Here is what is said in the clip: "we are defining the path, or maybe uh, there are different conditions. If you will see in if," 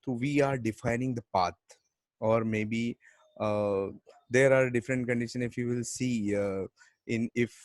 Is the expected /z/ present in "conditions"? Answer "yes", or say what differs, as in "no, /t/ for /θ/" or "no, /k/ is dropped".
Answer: no, /z/ is dropped